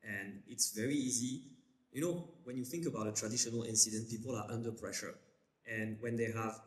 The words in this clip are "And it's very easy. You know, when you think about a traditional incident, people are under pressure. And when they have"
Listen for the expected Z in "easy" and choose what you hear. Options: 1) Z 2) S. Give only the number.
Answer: 1